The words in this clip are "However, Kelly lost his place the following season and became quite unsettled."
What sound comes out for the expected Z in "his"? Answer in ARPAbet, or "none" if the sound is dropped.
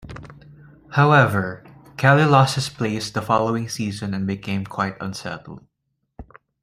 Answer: S